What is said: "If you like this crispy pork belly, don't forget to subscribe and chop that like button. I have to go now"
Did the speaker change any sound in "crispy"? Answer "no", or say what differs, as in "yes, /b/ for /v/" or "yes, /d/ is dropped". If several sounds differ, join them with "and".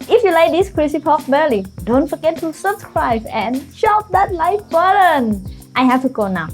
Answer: yes, /p/ is dropped